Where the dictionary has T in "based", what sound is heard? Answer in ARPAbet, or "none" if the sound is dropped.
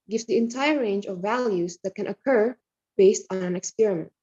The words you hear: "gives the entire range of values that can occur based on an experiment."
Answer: T